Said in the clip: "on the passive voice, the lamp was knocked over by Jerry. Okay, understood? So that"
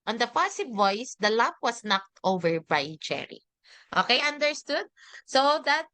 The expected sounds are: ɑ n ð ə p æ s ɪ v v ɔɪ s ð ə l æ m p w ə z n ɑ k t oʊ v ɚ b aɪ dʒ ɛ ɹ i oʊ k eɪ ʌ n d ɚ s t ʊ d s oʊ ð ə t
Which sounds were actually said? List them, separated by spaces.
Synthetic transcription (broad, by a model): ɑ n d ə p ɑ s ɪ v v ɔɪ s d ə l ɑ p w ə s n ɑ k t oʊ v ɚ b aɪ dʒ ɛ ɹ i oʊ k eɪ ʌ n d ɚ s t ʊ d s oʊ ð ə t